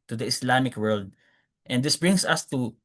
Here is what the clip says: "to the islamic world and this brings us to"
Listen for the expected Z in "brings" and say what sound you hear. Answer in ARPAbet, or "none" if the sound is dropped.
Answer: S